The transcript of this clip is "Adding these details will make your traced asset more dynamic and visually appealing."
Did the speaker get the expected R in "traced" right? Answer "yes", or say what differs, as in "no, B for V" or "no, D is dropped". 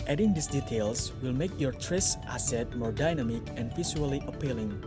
yes